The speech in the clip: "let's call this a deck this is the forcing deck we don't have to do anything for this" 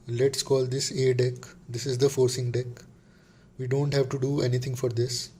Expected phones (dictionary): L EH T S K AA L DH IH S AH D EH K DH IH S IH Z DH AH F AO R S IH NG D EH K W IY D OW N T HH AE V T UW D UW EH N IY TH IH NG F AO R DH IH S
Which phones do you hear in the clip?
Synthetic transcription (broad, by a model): L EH T S K AA L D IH S AH D EH K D IH S IH Z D AH F AO R S IH NG D EH K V IY D OW N T HH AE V T UW D UW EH N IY T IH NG F AO R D IH S